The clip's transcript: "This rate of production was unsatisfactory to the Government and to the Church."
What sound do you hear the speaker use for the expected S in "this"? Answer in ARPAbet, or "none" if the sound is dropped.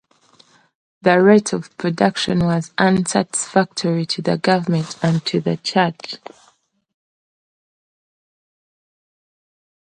none